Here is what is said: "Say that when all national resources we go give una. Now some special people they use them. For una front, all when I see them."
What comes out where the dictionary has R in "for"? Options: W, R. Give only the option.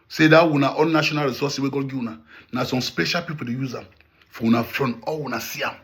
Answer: W